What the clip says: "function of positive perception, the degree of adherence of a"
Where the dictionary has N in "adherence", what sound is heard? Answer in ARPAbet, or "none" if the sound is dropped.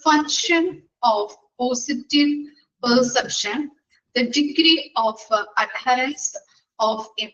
none